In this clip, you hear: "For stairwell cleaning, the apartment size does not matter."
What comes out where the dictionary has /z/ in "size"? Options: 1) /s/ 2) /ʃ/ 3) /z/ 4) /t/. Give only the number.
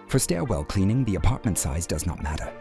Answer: 3